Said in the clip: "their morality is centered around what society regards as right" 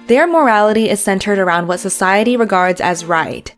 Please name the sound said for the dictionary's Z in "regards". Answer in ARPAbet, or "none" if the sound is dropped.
Z